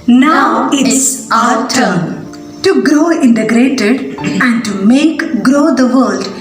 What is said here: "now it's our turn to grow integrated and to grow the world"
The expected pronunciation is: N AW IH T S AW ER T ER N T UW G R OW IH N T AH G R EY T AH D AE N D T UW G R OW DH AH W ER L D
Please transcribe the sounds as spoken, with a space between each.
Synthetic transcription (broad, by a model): N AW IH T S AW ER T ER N T UW G R OW IH N T AH G R EY T AH D AE N D T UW G R OW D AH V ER L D